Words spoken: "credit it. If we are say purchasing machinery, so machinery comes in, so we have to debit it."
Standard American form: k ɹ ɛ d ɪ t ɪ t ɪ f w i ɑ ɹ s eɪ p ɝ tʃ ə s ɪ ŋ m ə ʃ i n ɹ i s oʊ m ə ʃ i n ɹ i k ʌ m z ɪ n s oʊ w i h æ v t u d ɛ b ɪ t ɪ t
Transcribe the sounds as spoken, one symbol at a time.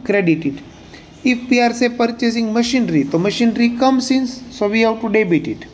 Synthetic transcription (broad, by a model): k ɹ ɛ d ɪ t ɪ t ɪ f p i ɑ ɹ s eɪ p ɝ tʃ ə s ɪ ŋ m ə ʃ i n ɹ i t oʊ m ə ʃ i n ɹ i k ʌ m s ɪ n s oʊ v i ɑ w t u d ɛ b ɪ t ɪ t